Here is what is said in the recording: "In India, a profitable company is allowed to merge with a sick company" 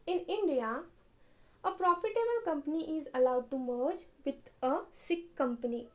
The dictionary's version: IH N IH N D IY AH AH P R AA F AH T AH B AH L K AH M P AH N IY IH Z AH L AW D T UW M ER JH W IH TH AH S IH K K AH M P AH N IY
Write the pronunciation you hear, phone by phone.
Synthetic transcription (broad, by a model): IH N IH N D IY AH AH P R AA F AH T AH B AH L K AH M P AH N IY IH Z AH L AW D T UW M ER JH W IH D AH S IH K K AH M P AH N IY